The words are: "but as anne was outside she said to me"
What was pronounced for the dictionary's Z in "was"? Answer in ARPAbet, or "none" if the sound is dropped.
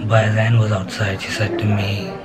Z